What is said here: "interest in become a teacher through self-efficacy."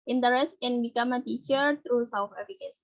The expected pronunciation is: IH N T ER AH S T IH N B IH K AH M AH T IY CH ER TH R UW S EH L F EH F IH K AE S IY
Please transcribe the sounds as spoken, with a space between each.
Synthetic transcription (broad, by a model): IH N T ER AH S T IH N B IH K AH M AH T IY CH ER T R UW S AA F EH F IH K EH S